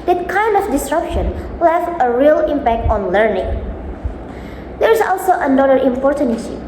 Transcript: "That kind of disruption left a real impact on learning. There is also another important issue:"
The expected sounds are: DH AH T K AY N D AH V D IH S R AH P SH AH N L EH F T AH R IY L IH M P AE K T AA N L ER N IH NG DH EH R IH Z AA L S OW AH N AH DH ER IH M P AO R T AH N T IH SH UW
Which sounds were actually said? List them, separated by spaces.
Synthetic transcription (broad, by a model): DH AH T K AY N D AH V D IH S R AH P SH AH N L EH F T AH R IY L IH M P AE K T AA N L ER N IH NG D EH R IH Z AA L S OW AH N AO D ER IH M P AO R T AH N IH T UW